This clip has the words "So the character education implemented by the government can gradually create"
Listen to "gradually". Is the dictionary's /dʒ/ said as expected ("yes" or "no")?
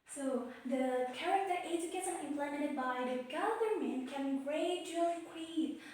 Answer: no